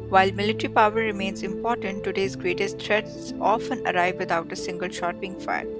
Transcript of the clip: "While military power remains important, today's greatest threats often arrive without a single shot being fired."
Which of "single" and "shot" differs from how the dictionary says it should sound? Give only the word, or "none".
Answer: none